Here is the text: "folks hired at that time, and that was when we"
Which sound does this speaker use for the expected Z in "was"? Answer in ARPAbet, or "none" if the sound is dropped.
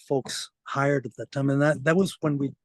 Z